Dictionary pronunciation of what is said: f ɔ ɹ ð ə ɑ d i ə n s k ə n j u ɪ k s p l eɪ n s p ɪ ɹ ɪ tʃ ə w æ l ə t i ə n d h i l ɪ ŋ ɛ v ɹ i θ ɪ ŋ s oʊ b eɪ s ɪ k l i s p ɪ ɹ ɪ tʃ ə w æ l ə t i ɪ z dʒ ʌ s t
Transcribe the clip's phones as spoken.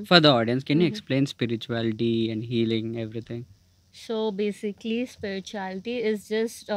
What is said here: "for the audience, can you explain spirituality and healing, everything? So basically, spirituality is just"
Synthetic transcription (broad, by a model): f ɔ ɹ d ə ɑ d i ə n s k ə n j u ɪ k s p l eɪ n s p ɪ ɹ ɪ tʃ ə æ l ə t i ə n d h i l ɪ ŋ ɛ v ɹ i t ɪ ŋ s oʊ b eɪ s ɪ k l i s p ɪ ɹ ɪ tʃ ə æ l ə t i ɪ z dʒ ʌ s t